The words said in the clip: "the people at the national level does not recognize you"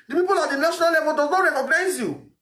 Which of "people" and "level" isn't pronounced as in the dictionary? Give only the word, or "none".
level